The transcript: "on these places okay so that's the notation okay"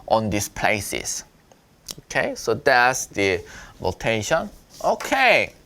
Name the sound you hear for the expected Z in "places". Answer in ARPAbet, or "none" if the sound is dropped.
S